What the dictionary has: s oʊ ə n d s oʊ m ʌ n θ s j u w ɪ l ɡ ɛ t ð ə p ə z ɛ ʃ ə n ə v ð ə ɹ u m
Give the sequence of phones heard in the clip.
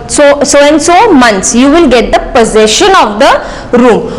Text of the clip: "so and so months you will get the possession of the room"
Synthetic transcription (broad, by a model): s oʊ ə n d s oʊ m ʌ n t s j u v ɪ l ɡ ɛ t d ə p ə z ɛ ʃ ə n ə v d ə ɹ u m